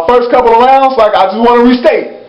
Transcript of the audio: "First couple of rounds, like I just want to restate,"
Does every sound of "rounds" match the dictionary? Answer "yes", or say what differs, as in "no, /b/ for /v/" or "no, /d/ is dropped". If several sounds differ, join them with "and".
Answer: no, /s/ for /z/